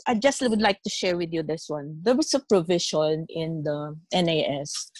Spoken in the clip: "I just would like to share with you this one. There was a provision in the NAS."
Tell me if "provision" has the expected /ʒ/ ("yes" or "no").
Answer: no